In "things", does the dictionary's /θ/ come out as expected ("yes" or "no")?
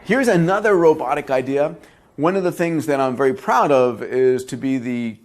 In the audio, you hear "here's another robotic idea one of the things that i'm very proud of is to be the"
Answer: yes